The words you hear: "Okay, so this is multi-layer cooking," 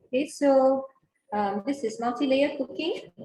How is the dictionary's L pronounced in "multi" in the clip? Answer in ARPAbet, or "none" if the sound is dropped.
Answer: N